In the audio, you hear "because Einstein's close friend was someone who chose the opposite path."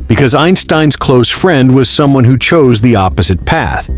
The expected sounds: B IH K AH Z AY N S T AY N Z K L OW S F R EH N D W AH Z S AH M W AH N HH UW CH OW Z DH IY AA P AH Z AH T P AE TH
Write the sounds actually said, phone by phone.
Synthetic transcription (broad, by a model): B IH K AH Z AY N S T AY N Z K L OW S F R EH N D W AH Z S AH M W AH N HH UW CH OW Z DH IY AA P AH Z AH T P AE TH